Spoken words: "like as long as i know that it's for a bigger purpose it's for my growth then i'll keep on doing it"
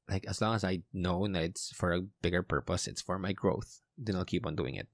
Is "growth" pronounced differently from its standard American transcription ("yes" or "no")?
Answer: no